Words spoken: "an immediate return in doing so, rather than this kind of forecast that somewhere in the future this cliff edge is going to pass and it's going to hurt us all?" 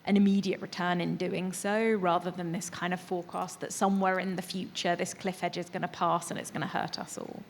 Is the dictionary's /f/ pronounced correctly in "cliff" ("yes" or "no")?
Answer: yes